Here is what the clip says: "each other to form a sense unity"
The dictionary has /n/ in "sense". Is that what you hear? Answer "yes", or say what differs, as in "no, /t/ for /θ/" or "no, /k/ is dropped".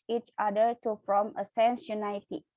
yes